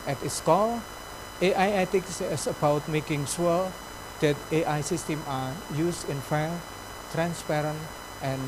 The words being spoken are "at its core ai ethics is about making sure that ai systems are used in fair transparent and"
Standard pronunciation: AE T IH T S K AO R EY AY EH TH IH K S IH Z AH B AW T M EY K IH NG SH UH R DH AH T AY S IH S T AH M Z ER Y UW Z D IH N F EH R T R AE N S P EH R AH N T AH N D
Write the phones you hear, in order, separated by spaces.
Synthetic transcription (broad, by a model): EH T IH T S K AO L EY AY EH T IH K S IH S AH B AW T M EY K IH NG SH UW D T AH T AY S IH S T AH M AA Y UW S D IH N F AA L T R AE N S P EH R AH N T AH N